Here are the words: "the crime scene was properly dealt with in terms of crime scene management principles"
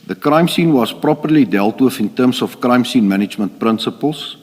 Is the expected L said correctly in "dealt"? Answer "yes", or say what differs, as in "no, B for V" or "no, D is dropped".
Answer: yes